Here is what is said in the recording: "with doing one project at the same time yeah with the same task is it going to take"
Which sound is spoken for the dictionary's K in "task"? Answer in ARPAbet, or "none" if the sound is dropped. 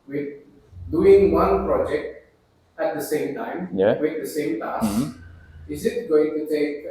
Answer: none